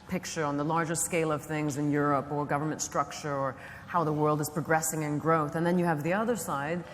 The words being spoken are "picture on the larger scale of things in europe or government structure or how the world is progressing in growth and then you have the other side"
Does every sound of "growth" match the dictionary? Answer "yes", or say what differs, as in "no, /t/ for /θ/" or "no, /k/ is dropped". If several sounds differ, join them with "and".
yes